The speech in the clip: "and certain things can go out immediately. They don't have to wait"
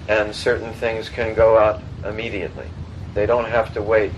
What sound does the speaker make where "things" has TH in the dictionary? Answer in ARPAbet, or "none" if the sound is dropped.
TH